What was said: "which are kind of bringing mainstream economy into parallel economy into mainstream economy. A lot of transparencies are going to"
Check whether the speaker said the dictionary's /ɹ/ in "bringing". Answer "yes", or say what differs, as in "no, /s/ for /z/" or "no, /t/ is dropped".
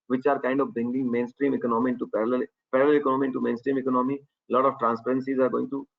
no, /ɹ/ is dropped